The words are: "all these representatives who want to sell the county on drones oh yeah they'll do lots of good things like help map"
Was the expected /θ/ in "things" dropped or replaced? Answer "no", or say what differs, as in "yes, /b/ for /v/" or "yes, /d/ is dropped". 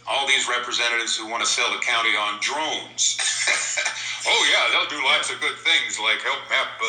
no